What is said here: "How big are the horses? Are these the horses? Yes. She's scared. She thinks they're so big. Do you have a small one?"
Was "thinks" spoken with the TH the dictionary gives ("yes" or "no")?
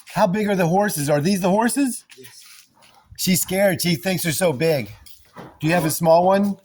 yes